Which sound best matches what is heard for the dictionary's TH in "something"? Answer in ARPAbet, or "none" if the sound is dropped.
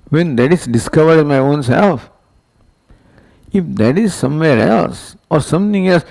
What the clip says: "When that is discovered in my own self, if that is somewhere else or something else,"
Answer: T